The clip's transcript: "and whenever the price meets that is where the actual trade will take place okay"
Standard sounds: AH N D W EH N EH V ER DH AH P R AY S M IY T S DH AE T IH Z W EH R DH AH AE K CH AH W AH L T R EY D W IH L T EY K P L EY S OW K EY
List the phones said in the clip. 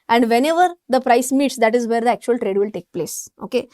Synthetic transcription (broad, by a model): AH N D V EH N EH V ER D AH P R AY S M IY T S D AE T IH Z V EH R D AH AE K CH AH AH L T R EY D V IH L T EY K P L EY S OW K EY